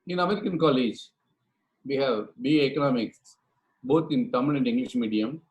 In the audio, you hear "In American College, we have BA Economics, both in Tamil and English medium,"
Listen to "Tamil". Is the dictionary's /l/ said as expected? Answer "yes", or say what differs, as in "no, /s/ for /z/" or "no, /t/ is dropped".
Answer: no, /n/ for /l/